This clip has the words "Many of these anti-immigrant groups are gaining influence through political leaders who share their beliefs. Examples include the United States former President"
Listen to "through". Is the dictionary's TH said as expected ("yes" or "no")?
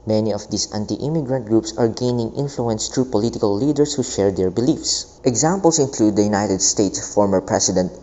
no